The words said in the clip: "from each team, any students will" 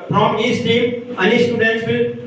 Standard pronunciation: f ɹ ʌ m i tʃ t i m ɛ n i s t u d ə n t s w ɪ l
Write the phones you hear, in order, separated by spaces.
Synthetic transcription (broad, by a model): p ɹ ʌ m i s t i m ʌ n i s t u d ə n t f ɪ l